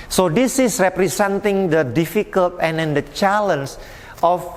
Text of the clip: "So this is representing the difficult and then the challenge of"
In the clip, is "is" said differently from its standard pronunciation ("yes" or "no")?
yes